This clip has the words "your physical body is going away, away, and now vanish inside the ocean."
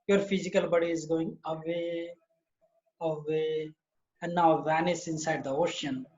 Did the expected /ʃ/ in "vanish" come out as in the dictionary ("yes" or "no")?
no